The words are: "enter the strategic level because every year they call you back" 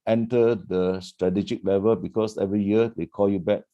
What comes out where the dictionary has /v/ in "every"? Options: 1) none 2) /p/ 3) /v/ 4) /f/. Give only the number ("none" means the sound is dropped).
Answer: 3